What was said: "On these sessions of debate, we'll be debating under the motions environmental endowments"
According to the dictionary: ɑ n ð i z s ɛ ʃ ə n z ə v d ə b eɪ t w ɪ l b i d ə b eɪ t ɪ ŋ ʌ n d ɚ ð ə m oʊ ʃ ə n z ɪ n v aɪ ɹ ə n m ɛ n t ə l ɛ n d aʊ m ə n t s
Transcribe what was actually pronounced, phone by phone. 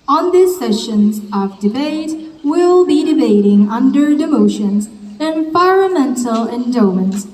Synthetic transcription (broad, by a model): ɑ n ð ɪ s s ɛ ʃ ə n z ə v d ə b eɪ t w ɪ l b i d ə b eɪ t ɪ ŋ ʌ n d ɚ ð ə m oʊ ʃ ə n z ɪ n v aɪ ɹ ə m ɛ n t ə l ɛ n d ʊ m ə n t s